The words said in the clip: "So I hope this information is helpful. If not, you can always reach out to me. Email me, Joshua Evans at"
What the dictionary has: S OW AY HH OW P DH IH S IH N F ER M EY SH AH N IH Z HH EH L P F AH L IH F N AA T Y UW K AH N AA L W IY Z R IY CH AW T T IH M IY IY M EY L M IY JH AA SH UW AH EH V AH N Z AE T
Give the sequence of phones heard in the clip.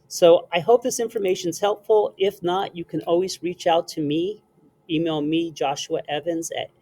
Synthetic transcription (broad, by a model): S OW AY HH OW P DH IH S IH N F ER M EY SH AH N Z HH EH L P F L IH F N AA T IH K AH N AA L W IY Z R IY CH AW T T IH M IY IY M EY L M IY JH AA SH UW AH EH V AH N Z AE T